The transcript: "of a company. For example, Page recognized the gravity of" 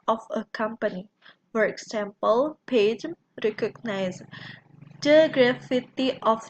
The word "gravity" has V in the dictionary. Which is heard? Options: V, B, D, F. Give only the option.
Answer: F